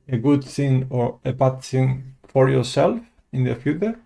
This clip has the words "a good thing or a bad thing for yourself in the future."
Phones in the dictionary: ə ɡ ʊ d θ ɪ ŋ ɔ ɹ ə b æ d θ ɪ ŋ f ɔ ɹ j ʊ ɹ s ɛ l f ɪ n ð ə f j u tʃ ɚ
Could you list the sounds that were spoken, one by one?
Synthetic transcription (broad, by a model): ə ɡ ʊ d θ ɪ ŋ ɔ ɹ ə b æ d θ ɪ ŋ f ɔ ɹ j ʊ ɹ s ɛ l f ɪ n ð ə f j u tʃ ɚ